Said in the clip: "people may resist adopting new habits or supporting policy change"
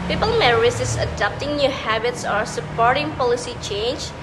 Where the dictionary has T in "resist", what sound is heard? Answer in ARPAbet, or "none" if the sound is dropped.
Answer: none